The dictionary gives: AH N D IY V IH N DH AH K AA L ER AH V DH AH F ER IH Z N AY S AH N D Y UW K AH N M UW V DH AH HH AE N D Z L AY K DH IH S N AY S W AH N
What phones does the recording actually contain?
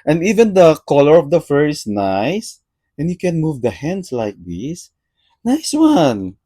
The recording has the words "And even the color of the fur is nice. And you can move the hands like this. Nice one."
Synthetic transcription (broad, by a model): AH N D IY V IH N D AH K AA L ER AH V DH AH F ER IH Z N AY S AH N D Y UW K AH N M UW V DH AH HH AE N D S L AY K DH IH S N AY S W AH N